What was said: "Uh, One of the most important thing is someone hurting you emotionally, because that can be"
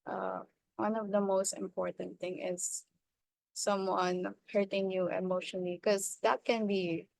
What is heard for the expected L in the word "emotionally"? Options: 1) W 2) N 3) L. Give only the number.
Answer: 2